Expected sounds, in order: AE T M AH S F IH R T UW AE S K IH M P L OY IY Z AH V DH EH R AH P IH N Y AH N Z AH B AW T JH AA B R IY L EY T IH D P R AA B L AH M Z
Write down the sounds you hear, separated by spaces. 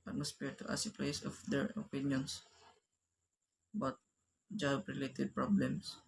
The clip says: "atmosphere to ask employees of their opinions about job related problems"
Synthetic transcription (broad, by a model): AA T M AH S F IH R T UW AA S IH P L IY S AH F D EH R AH P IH N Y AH N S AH B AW T JH AA B R IY L EY T IH D P R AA B L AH M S